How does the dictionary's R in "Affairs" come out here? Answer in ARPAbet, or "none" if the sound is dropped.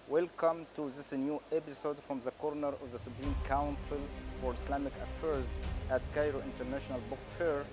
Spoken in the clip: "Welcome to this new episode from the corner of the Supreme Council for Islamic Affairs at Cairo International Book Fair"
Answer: R